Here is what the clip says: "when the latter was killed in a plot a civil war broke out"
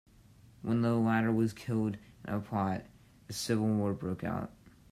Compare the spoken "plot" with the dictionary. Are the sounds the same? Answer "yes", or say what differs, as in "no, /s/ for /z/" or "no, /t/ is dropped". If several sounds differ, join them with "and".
no, /l/ is dropped